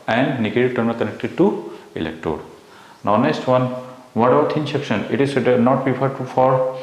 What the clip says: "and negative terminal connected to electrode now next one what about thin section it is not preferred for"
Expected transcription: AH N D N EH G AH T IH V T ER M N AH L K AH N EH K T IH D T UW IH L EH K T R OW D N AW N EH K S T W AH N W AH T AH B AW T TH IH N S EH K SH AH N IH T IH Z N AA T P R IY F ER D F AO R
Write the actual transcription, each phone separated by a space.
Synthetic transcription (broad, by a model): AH N D N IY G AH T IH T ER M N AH K AH N EH K T IH D T UW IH L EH K T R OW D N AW N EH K S T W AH N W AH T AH UH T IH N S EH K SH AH N IH T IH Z N AA T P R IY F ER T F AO R